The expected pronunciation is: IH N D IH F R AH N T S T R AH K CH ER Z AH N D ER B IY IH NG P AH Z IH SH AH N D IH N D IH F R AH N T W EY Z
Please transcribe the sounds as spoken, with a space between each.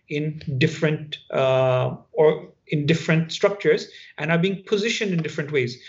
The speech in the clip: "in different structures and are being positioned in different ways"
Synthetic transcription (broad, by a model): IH N D IH F R AH N T S T R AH K CH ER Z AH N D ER B IY IH NG P AH Z IH SH AH N D IH N D IH F R AH N T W EY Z